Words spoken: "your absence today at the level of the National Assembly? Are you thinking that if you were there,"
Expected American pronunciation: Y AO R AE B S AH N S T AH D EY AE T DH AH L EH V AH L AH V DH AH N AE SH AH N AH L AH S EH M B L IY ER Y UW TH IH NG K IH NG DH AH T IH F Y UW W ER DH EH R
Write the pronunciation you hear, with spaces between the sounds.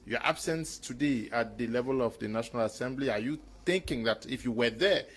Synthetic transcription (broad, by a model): Y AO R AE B S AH N S T AH D EY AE T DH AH L EH V AH L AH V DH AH N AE SH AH N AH L AH S EH M B L IY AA Y UW TH IH NG K IH NG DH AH T IH F Y UW W ER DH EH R